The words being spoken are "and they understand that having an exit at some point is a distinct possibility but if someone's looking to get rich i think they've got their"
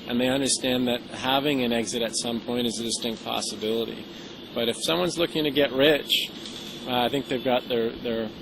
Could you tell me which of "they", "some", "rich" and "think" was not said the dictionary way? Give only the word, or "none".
none